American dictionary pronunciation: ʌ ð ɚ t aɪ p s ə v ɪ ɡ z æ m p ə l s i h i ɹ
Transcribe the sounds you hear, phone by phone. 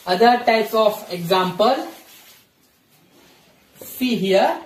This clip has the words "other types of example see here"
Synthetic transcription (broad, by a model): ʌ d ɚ t aɪ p ə f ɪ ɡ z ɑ m p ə l s i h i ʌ